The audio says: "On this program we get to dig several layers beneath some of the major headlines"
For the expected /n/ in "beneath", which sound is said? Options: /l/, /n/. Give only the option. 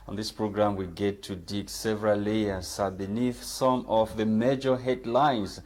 /n/